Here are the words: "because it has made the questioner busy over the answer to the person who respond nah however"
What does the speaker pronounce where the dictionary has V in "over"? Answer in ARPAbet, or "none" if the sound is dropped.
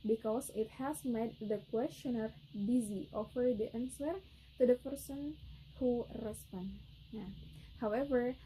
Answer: F